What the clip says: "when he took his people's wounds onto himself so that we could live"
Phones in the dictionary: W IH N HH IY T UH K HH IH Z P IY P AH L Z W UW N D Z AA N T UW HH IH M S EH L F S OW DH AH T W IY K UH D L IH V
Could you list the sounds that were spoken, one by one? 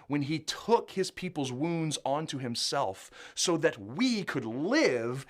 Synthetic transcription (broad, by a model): W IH N IY T UH K HH IH Z P IY P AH L Z W UW N D Z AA N T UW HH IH M S EH L F S OW DH AH T W IY K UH D L IH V